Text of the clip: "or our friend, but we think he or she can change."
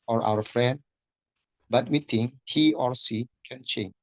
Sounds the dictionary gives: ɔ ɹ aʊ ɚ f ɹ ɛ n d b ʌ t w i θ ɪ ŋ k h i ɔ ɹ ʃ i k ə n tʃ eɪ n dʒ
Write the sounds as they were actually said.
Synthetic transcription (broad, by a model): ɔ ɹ aʊ ɚ f ɹ ɛ n d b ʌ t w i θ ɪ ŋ h i ɔ ɹ s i k ə n tʃ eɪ n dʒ